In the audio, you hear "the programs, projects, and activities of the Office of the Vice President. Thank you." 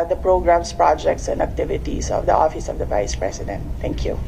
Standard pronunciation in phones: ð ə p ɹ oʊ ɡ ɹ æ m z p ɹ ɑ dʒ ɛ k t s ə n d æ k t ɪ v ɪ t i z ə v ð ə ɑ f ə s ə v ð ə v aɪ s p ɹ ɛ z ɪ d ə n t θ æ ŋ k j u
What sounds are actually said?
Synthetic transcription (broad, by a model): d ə p ɹ oʊ ɡ ɹ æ m s p ɹ ɑ dʒ ɛ k t s ə n d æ k t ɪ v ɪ t i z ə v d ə ɑ f ə s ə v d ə v aɪ s p ɹ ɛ s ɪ d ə n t t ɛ ŋ k j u